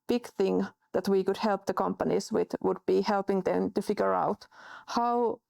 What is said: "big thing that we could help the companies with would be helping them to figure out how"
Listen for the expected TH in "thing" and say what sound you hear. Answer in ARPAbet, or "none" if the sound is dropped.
TH